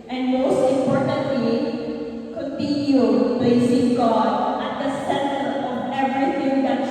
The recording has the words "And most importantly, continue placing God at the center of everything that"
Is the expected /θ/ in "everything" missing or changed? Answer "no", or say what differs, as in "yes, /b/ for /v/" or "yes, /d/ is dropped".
yes, /t/ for /θ/